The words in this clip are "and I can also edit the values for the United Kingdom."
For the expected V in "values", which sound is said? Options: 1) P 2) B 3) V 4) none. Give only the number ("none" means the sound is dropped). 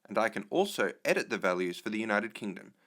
3